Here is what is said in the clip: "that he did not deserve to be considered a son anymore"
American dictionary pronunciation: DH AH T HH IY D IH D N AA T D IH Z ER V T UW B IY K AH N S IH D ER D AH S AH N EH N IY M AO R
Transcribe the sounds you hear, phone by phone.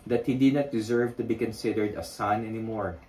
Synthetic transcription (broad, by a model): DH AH T HH IY D IH D N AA T D IH Z ER V T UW B IY K AH N S IH D ER D AH S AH N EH N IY M AO R